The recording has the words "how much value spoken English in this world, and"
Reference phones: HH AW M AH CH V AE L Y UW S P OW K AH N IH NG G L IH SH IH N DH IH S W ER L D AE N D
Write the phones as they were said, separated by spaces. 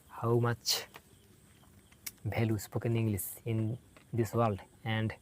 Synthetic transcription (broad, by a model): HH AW M AH CH B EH L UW S P OW K AH N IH NG G L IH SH IH N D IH S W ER L D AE N D